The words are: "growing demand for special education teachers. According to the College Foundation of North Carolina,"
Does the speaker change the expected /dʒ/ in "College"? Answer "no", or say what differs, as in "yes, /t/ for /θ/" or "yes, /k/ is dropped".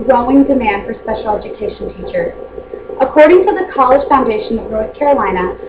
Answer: yes, /ʒ/ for /dʒ/